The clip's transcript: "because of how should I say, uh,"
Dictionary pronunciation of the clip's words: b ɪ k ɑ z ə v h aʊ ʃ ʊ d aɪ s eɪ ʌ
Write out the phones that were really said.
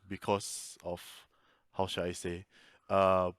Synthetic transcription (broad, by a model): b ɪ k ɑ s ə f h aʊ ʃ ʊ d aɪ s eɪ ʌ